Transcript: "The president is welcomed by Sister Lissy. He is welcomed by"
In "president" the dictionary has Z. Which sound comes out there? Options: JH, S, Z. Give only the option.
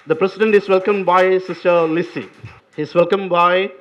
S